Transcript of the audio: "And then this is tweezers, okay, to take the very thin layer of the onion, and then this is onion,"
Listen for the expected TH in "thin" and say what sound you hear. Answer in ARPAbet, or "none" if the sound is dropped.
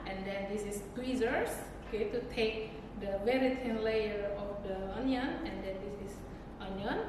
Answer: T